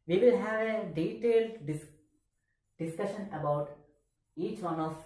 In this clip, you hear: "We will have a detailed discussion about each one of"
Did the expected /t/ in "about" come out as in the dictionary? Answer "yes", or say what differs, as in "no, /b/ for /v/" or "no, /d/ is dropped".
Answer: yes